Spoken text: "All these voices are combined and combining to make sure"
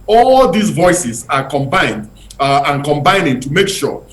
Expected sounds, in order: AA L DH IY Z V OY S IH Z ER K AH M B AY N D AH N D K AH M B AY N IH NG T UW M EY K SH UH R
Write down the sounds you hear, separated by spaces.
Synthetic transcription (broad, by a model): AA L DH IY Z V OY S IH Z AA K AH M B AY N D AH N K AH M B AY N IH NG T UW M EY K SH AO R